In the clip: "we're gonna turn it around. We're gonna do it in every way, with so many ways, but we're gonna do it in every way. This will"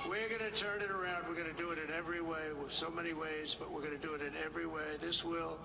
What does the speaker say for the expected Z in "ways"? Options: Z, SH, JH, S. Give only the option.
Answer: Z